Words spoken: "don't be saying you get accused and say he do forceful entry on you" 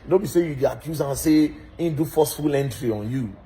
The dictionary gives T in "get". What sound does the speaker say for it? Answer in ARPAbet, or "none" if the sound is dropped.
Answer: none